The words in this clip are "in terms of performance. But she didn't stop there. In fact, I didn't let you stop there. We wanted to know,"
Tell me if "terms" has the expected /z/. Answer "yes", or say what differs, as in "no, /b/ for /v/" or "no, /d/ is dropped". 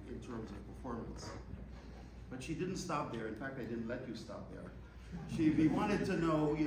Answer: yes